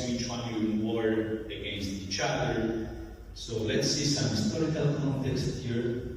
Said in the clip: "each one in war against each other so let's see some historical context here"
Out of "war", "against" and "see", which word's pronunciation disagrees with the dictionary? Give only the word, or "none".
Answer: none